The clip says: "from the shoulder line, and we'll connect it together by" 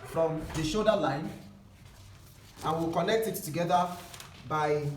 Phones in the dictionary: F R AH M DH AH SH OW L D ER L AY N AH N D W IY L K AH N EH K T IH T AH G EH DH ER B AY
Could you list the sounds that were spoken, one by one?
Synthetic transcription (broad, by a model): F R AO M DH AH SH OW D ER L AY N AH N W IY L K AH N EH K T IH T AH G EH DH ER B AY